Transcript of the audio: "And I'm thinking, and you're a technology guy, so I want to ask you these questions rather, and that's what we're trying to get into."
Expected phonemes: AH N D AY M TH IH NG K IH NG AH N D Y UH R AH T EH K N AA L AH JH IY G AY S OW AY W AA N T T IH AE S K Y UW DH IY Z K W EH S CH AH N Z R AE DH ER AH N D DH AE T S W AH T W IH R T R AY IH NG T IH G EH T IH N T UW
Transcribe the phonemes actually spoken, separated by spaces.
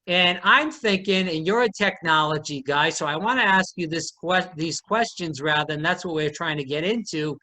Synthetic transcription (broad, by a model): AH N AY M TH IH NG K IH NG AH N Y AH R AH T EH K N AA L AH JH IY G AY S OW AY W AA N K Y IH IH S K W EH DH IY Z K W EH S CH AH N Z R AE DH ER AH N DH AE T S W AH T W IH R T R AY IH NG T IH G EH T IH N T UW